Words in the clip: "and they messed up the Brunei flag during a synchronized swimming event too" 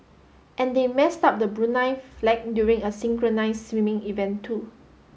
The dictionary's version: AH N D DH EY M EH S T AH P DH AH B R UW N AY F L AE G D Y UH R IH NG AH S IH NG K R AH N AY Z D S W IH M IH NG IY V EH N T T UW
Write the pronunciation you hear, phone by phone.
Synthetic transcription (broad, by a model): AH N D EY M EH S T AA P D AH B R UW N AY F L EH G D Y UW R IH NG AH S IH NG K R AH N AY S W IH M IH NG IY V EH N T T UW